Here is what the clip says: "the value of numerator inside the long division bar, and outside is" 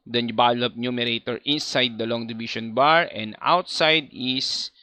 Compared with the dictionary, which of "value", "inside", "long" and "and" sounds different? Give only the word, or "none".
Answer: value